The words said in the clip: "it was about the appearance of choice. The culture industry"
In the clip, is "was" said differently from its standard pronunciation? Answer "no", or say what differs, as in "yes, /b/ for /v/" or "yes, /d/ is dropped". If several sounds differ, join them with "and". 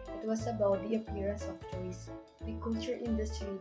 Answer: yes, /s/ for /z/